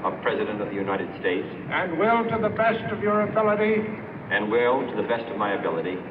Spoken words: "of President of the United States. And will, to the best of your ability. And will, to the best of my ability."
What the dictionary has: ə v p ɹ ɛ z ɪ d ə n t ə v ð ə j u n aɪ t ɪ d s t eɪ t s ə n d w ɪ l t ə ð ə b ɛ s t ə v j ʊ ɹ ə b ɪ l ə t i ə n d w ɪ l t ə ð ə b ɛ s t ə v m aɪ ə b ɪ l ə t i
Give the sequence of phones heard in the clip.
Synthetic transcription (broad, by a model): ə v p ɹ ɛ z ɪ d ə n t ə v ð ə j u n aɪ t ɪ d s t eɪ t s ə n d w ɪ l t ə ð ə b ɛ s t ə v j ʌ ɹ ə b ɪ l ə t i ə n w ɪ l t ə ð ə b ɛ s t ə v m aɪ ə b ɪ l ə t i